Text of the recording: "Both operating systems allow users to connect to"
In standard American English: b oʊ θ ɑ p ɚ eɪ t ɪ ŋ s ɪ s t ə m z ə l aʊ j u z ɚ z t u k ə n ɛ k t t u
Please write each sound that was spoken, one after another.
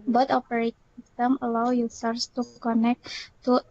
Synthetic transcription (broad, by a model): b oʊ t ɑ p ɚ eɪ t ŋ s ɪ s t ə m ə l aʊ j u s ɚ s t u k ə n ɛ k t t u